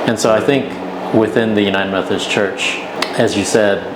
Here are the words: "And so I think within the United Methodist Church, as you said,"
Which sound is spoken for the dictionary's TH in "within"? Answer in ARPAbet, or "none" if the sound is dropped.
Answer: TH